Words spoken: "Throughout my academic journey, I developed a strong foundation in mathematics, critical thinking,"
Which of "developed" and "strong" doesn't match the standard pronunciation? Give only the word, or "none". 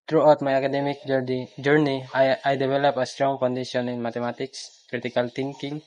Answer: developed